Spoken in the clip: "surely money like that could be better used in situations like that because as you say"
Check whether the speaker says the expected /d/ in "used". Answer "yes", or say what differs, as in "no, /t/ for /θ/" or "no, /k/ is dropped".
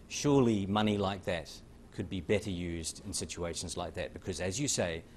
yes